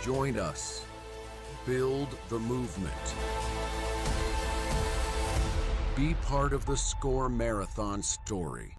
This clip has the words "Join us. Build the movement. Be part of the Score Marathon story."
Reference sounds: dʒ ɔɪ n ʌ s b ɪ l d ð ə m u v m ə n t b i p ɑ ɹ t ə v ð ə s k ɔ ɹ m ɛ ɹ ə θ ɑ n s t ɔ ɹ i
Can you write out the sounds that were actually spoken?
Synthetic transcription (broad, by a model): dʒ ɔɪ n ʌ s b ɪ l d ð ə m u v m ə n t b i p ɑ ɹ t ə v ð ə s k ɔ ɹ m ɛ ɹ ə θ ɑ n s t ɔ ɹ i